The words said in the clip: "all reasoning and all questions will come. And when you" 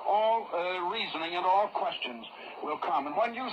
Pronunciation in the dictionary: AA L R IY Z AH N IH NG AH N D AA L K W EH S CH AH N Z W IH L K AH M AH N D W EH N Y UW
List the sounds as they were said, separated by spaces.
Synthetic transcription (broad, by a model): AA L R IY Z AH N IH NG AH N AA L K W EH S CH AH N Z W IH L K AH M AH N W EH N Y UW